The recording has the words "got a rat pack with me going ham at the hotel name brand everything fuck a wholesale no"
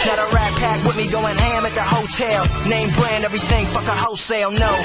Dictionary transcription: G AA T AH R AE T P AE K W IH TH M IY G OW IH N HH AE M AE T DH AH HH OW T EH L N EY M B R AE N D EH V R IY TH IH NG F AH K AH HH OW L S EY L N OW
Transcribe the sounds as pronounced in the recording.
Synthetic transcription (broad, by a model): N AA T AH R AE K P AE K W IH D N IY G OW IH N HH AE M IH T DH AH HH OW T EH L N EY M B R AE N D EH V R IY TH IH NG F AH K AH HH OW S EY L N OW